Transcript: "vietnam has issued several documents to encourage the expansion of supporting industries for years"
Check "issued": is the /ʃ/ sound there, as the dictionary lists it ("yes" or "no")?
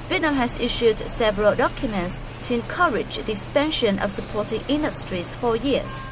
yes